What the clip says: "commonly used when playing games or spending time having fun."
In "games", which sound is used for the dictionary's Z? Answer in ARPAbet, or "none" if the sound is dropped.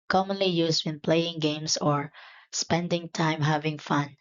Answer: S